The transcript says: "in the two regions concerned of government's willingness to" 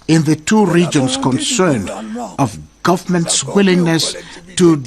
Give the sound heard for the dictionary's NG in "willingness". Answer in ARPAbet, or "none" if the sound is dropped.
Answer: NG